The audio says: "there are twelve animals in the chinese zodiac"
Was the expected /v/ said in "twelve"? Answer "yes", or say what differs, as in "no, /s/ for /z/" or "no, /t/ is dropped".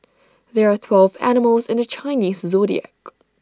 yes